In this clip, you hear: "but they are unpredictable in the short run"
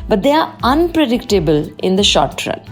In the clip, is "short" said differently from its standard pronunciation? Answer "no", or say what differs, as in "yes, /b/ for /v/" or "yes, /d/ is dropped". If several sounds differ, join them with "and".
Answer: no